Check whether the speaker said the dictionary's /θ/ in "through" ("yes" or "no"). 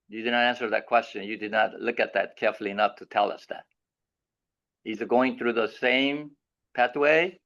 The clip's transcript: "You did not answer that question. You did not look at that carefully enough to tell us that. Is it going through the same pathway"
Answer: yes